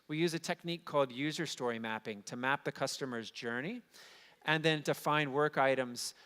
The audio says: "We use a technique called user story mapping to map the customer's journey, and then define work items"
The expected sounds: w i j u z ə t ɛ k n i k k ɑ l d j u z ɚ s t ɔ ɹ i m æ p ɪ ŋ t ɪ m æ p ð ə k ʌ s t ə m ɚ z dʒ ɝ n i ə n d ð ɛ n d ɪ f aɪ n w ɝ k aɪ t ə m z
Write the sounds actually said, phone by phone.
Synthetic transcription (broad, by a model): w i j u z ə t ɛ k n i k k ɑ l d j u z ɚ s t ɔ ɹ i m æ p ɪ ŋ t ɪ m æ p ð ə k ʌ s t ə m ɚ z dʒ ɝ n i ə n ð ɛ n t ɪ f aɪ n w ɝ k aɪ t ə m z